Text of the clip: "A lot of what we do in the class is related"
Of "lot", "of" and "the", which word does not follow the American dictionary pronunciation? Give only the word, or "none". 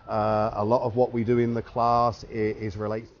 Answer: none